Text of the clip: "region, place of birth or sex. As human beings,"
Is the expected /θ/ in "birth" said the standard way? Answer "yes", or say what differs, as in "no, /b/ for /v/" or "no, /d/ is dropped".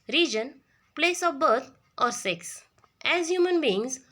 no, /t/ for /θ/